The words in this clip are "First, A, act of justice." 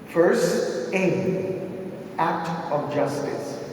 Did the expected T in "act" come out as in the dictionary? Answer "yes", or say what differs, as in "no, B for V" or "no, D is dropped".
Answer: yes